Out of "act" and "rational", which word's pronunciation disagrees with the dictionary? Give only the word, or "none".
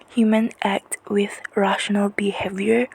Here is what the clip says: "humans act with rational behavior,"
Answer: none